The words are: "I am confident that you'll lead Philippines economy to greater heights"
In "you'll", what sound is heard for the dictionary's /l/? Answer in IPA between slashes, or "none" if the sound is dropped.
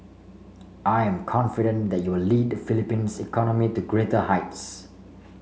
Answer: /w/